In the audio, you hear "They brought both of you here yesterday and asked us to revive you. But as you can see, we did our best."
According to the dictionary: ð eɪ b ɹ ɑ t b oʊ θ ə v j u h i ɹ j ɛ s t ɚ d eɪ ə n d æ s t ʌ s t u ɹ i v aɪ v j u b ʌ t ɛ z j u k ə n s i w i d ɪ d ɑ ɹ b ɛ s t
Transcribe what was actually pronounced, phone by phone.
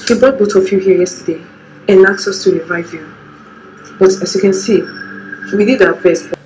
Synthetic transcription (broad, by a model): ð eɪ b ɑ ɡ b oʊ t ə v j u h i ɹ j ɛ s t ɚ d eɪ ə n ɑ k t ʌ s t u ɹ i v aɪ v j u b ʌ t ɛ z j u k ə n s i w i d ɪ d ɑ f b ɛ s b